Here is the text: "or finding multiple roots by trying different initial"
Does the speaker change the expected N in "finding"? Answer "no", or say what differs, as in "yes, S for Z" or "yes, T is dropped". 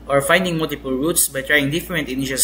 no